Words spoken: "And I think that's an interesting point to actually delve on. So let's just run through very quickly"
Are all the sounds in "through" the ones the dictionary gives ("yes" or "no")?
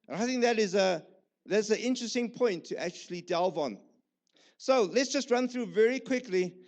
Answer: yes